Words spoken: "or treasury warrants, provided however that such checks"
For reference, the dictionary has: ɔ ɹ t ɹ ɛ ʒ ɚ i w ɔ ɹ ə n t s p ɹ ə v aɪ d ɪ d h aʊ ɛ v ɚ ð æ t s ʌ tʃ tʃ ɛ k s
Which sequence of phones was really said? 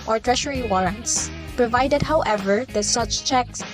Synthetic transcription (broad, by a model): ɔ ɹ t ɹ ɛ ʃ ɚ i w ɔ ɹ ə n t s p ɹ ə v aɪ d ɪ d h aʊ ɛ v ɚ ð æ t s ʌ tʃ tʃ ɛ k s